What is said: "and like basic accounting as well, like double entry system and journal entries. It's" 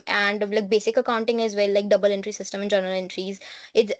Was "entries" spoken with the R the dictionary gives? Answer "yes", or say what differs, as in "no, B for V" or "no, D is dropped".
yes